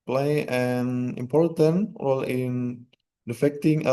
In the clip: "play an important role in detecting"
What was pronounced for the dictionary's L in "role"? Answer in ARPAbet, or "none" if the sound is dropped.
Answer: L